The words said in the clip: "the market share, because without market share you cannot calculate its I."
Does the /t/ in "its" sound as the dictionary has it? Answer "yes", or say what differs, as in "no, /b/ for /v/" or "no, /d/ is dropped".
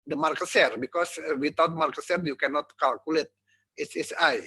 no, /s/ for /t/